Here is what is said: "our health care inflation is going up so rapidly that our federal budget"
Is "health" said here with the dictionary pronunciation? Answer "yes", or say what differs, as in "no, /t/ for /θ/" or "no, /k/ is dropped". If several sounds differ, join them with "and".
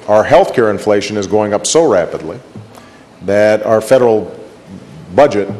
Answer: yes